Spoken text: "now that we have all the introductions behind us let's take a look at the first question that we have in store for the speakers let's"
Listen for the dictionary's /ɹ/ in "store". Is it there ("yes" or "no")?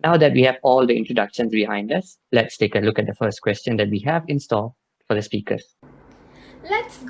no